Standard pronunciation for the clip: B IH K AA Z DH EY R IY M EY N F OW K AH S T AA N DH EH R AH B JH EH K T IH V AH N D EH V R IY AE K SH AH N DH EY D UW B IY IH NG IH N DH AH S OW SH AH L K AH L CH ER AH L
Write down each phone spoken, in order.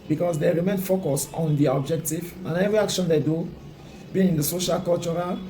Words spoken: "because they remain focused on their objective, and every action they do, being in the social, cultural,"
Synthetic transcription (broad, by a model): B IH K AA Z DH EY R IY M EY N F OW K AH S AA N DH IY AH B JH EH K T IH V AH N EH V R IY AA K SH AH N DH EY D UW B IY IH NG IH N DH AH S OW SH AH L K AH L CH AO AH L